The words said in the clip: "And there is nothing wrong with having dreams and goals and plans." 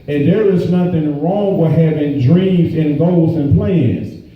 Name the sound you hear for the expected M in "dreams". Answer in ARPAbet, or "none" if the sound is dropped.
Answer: M